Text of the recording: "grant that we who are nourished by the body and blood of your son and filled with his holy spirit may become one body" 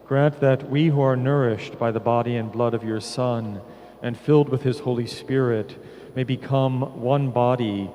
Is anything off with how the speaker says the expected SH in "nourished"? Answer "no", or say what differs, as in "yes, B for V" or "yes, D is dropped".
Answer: no